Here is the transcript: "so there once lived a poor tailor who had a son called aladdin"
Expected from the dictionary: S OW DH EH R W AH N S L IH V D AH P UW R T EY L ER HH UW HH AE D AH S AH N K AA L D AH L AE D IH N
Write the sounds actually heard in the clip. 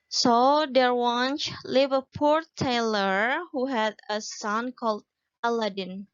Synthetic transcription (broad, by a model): S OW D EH R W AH N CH L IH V AH P UW R T EY L ER HH UW HH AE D AH S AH N K AA L D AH L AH D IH N